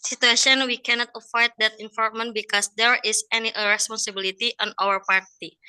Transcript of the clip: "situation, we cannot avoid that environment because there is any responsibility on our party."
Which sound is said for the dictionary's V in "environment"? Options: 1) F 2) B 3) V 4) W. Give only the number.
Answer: 1